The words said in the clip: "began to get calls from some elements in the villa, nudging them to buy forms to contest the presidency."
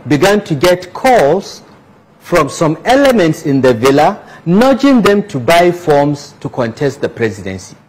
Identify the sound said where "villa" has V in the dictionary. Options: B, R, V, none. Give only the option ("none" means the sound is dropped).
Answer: V